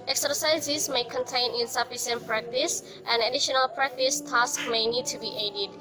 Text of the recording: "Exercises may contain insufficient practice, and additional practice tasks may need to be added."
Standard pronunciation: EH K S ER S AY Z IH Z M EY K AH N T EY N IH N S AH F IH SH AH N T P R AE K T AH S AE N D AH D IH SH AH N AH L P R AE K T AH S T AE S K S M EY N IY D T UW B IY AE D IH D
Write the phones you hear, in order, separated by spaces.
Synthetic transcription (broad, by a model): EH K S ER S AY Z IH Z M EY K AH N T EY N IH N S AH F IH S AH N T P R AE K T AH S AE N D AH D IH SH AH N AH L P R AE K T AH S T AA S K M EY N IY D T UW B IY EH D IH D